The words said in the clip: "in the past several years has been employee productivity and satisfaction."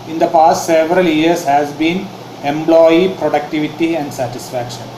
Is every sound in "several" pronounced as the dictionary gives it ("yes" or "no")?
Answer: yes